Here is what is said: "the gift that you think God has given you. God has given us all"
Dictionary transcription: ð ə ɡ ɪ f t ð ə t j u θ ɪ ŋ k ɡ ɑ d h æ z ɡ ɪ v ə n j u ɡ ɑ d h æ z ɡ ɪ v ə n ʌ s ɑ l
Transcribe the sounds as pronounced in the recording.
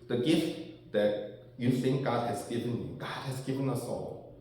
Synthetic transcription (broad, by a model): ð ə ɡ ɪ f t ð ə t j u θ ɪ ŋ k ɡ ɑ d h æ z ɡ ɪ v ə n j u ɡ ɑ d h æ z ɡ ɪ v ə n ʌ s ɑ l